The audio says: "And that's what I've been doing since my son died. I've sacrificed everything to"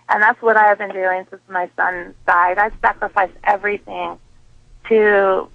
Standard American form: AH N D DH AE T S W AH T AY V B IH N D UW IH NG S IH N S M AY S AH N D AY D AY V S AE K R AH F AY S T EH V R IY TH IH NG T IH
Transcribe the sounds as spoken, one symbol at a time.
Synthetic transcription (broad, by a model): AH N DH AE T S W AH T AY V B IH N D UW IH NG S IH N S M AY S AH N D AY D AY S AE K R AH F AY S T EH V R IY TH IH NG T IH